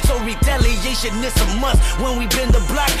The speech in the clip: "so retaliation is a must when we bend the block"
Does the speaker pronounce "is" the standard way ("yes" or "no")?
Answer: no